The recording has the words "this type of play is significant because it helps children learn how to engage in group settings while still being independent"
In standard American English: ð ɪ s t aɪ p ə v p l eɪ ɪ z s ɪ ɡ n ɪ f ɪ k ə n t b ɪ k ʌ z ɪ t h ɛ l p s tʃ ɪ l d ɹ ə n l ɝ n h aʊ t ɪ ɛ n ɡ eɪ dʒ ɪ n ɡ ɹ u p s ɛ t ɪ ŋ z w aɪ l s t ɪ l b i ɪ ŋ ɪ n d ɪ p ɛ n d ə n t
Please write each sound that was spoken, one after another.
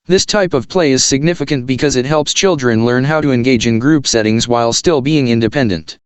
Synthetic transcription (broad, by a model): ð ɪ s t aɪ p ə v p l eɪ ɪ z s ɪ ɡ n ɪ f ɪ k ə n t b ɪ k ʌ z ɪ t h ɛ l p s tʃ ɪ l d ɹ ə n l ɝ n h aʊ t ɪ ɛ n ɡ eɪ dʒ ɪ n ɡ ɹ u p s ɛ t ɪ ŋ z w aɪ l s t ɪ l b i ɪ ŋ ɪ n d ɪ p ɛ n d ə n t